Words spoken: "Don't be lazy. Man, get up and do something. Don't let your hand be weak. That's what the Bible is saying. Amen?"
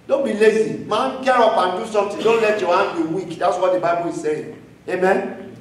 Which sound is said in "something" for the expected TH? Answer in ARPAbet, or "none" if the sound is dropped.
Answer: T